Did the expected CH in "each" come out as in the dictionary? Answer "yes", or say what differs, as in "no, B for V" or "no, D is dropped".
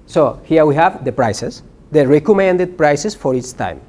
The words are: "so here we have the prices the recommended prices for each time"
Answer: no, S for CH